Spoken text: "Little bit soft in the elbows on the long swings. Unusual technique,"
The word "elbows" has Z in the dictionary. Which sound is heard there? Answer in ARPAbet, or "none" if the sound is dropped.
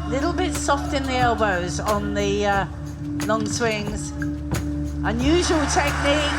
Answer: Z